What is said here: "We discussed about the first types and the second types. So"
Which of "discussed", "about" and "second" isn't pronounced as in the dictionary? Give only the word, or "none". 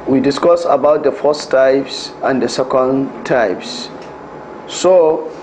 discussed